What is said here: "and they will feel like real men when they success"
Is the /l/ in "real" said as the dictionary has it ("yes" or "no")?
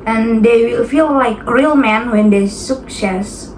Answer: yes